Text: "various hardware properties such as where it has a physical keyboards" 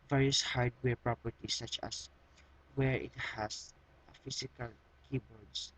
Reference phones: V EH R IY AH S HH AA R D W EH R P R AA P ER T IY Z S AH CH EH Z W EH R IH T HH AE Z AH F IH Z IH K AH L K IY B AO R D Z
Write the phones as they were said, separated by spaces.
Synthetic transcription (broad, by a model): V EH R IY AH S HH AA R D W EH R P R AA P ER T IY S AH CH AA S W EH R IH T HH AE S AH F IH S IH K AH L K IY B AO R D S